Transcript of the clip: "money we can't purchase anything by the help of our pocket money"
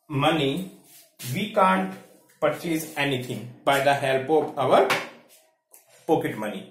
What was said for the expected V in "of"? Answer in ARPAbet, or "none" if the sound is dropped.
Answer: P